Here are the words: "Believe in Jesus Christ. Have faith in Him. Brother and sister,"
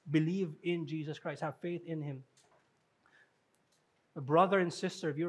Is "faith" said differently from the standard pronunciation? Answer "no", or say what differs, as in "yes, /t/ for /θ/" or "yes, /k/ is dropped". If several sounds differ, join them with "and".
no